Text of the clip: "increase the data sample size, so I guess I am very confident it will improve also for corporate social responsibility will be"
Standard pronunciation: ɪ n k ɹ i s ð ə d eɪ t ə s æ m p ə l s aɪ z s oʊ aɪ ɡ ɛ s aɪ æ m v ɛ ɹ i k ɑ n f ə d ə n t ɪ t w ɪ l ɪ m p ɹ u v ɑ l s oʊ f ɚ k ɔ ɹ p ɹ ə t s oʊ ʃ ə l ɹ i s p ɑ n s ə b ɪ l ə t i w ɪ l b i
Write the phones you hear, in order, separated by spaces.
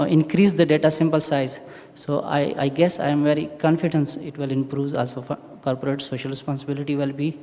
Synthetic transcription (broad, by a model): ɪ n k ɹ i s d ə d eɪ t ə s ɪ m p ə l s aɪ z s oʊ aɪ ɡ ɛ s aɪ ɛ m v ɛ ɹ i k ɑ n f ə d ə n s ɪ t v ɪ l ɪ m p ɹ u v ɑ l s oʊ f k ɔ ɹ p ɹ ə t s oʊ ʃ ə l ɹ i s p ɑ n s ə b ɪ l ə t i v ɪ l b i